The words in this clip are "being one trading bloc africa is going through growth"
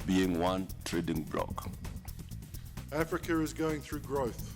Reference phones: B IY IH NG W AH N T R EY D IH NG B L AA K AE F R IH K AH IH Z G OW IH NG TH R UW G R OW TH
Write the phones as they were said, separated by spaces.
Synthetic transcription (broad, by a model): B IY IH NG W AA N T R EY D IH NG B L AA K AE F R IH K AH IH Z G OW IH NG TH R UW G R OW TH